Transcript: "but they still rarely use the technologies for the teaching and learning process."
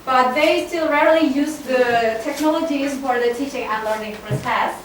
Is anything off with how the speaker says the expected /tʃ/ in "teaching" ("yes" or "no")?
no